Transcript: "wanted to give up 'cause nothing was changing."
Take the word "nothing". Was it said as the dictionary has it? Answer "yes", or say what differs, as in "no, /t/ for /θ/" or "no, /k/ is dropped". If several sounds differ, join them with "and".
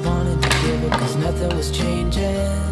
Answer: yes